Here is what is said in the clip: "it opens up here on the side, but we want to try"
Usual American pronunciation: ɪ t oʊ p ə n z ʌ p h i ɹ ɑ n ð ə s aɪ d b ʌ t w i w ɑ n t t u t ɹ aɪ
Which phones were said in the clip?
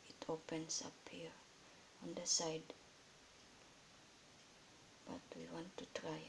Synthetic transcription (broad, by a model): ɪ t oʊ p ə n s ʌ p h i ɹ ɑ n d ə s aɪ d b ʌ t w i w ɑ n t t u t ɹ aɪ